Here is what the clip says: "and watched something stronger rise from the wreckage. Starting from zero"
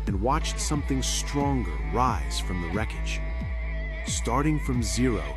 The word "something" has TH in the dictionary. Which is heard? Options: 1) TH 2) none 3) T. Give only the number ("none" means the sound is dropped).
1